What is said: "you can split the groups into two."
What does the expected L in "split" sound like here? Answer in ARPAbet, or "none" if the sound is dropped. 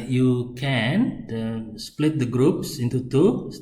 L